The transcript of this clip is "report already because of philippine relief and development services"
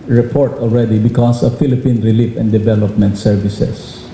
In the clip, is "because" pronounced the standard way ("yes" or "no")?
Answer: no